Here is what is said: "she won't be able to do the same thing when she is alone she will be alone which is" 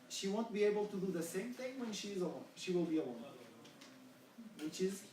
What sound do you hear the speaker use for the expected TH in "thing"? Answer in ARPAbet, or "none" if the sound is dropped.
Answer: TH